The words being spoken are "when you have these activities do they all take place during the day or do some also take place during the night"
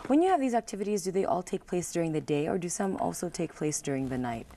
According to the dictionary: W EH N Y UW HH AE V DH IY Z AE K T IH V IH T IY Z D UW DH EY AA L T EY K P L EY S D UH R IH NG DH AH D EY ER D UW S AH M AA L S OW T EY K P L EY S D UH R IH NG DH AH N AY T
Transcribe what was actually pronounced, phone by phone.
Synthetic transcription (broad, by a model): W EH N Y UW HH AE V DH IY Z AE K T IH V IH T IY Z D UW DH EY AA L T EY K P L EY S D UH R IH NG DH AH D EY ER D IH S AH M AA L S OW T EY K P L EY S D UH R IH NG DH AH N AY T